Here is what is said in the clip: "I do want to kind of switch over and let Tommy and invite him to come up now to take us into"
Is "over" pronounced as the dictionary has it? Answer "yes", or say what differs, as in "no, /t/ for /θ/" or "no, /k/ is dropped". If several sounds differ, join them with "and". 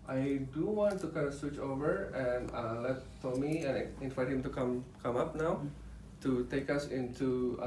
yes